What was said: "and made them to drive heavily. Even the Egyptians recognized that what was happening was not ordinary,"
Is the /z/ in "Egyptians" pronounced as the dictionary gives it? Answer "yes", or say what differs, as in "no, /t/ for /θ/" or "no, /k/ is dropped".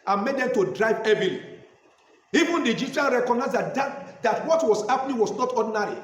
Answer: no, /z/ is dropped